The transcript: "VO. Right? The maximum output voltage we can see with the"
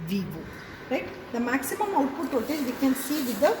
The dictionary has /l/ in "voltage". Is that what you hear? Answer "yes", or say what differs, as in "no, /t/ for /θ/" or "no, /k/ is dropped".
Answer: no, /l/ is dropped